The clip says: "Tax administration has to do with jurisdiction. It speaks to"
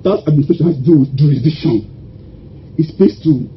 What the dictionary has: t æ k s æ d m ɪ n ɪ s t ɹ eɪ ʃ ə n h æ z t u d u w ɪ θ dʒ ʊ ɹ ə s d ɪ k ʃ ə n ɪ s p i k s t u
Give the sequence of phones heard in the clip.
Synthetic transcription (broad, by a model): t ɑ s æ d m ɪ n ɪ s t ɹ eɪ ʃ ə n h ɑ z t u d u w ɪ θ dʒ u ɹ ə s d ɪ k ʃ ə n ɪ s b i s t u